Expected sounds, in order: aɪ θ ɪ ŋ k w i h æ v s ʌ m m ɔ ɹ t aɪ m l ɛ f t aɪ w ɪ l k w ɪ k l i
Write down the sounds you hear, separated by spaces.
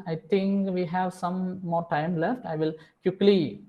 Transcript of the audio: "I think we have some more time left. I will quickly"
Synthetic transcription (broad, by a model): aɪ t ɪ ŋ k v i h æ v s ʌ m m ɔ ɹ t aɪ m l ɛ f t aɪ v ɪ l k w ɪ k l i